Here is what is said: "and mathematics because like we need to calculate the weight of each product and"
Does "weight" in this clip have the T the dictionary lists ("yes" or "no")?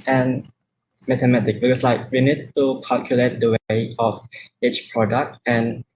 no